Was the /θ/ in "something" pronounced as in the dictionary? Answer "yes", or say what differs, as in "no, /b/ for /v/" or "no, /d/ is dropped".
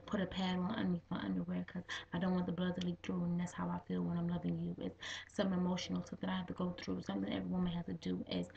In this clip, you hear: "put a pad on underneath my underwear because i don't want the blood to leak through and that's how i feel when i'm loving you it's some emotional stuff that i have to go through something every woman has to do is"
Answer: yes